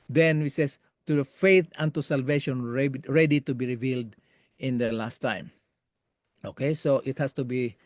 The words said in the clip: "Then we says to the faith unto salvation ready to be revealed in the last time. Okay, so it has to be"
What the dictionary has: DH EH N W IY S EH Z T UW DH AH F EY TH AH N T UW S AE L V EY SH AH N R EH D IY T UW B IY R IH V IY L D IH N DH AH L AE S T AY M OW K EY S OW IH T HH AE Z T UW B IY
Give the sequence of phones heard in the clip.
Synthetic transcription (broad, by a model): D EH N W IY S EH S T UW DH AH F EY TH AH N T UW S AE L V EY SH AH N R EH D IY T UW B IY R IH V IY L D IH N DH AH L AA S T AY M OW K EY S OW IH T HH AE S T UW B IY